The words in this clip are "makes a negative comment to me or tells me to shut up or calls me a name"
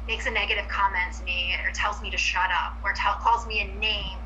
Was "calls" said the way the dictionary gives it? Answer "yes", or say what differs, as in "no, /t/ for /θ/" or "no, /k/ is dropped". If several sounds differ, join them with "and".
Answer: yes